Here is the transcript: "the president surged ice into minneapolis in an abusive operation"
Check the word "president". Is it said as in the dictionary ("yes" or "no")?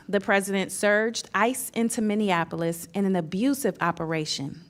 yes